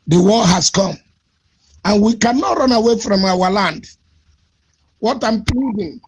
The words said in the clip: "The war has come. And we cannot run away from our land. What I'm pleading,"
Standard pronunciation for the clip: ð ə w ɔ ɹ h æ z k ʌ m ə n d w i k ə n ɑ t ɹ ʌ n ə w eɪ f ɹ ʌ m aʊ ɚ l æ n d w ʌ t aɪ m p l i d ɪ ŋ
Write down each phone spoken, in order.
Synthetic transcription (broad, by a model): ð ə w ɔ l h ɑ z k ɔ m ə n w i k ə n ɑ t ɹ ʌ n ə w eɪ f ɹ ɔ m aʊ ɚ l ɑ n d w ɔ t aɪ m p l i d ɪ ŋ